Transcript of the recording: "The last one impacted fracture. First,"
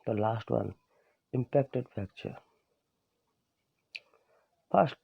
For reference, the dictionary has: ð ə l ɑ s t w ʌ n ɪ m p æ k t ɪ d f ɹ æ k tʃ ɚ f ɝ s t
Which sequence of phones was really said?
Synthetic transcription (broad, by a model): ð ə l ɑ s t w ʌ n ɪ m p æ k t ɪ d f æ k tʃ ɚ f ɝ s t